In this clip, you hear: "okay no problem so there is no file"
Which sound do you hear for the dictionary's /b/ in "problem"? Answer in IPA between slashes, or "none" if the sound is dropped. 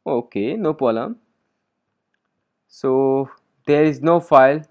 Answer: none